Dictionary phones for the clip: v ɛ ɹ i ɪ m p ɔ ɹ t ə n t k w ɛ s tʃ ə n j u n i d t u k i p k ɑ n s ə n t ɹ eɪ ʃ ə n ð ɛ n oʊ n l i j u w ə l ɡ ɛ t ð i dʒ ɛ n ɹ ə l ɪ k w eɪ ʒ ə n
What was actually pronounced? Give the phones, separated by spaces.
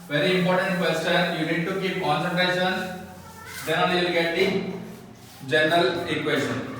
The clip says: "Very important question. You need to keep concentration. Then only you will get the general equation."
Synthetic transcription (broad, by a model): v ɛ ɹ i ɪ m p ɔ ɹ t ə n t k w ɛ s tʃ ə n j u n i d t u k i p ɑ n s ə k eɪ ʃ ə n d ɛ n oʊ l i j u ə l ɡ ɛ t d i dʒ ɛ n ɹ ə l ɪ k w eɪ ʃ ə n